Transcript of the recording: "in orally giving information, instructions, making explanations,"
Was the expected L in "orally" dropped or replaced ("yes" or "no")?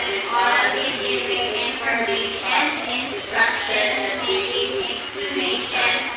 yes